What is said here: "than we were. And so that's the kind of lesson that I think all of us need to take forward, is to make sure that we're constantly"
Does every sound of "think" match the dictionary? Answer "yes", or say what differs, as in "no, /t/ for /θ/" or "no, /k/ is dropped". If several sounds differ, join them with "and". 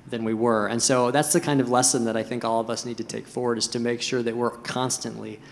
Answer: yes